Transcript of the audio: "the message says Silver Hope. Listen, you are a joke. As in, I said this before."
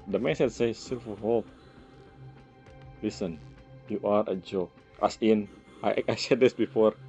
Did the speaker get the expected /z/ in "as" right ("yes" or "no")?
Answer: no